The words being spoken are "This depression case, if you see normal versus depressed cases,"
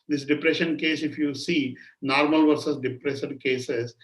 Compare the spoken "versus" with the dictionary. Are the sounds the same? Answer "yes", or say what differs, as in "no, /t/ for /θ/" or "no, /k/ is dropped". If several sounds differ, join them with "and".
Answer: yes